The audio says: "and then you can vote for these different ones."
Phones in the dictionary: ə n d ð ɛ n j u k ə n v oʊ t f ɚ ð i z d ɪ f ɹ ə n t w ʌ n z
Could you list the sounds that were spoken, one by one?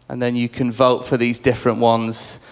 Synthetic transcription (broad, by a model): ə n ð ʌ n j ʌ k ə n v oʊ t f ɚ ð i z d ɪ f ɹ ə n t w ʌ n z